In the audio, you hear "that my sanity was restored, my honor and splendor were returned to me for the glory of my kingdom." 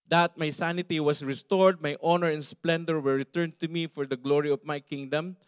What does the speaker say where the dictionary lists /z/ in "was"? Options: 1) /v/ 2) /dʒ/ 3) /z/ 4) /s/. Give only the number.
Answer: 4